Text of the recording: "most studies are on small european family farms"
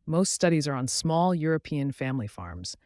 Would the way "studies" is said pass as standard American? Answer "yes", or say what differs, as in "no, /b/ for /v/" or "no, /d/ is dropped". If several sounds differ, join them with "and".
yes